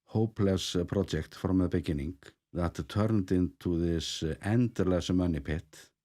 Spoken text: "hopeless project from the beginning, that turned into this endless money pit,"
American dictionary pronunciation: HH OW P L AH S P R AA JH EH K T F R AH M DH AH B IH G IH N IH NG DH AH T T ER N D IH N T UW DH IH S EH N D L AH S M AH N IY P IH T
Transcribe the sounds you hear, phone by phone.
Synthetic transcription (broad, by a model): HH OW P L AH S P R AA EH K T F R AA M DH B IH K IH N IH NG DH AH T T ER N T IH N T UW DH IH S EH N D L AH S M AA N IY P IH T